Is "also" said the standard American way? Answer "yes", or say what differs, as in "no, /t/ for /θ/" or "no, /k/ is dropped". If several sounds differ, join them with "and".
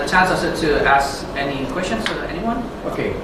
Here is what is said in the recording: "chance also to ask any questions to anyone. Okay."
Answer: no, /l/ is dropped